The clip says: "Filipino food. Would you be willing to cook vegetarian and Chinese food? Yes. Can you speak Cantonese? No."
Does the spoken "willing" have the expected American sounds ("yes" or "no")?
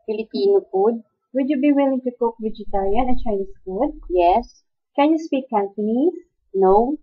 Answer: yes